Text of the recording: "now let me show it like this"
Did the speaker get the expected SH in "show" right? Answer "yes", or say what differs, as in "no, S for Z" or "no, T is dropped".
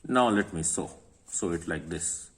no, S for SH